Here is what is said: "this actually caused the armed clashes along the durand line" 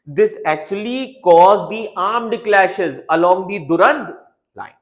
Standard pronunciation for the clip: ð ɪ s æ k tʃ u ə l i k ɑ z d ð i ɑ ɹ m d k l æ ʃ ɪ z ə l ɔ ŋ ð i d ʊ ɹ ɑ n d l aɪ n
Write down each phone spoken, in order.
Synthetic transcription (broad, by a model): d ɪ s æ k tʃ u ə l i k ɑ z d i ɑ ɹ m d k l æ ʃ ɪ z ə l ɔ ŋ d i d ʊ ɹ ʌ n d l aɪ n